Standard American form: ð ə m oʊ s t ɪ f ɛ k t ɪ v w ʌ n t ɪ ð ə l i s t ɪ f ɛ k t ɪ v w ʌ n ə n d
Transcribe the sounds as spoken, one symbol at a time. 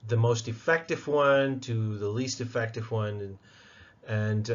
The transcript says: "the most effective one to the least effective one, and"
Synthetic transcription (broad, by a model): ð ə m oʊ s t ɪ f ɛ k t ɪ v w ʌ n t ɪ ð ə l i s t ɪ f ɛ k t ɪ v w ʌ n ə n